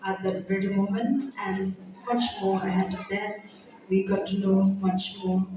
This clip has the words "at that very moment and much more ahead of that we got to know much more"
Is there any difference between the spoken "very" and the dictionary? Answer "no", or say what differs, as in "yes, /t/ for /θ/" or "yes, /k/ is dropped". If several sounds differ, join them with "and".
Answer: yes, /b/ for /v/